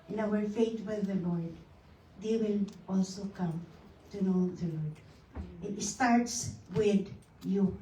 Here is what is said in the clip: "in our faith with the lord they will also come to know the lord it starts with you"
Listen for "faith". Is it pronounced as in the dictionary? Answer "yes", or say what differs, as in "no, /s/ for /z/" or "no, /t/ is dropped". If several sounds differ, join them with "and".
no, /t/ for /θ/